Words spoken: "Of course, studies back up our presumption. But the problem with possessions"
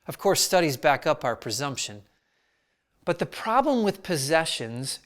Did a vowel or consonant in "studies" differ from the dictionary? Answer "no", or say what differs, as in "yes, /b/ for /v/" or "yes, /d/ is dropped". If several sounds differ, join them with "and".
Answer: no